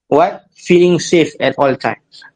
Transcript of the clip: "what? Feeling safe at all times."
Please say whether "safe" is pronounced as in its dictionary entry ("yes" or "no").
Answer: yes